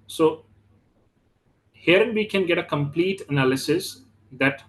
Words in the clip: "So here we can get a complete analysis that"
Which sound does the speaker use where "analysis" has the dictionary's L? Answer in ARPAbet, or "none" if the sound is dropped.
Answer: L